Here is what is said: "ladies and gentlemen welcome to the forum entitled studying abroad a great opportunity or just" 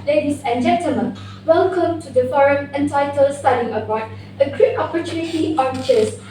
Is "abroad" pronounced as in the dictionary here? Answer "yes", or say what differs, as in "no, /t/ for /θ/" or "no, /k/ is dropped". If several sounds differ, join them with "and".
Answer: no, /ɹ/ is dropped